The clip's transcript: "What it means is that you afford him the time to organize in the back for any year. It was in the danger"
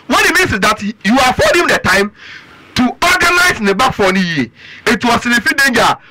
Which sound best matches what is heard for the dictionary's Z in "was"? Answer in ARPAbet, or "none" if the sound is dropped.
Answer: S